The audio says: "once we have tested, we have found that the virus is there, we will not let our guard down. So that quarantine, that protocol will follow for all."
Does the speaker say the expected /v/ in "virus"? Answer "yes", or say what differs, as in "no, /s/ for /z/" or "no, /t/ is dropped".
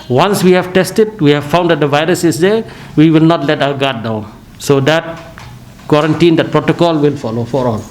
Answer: yes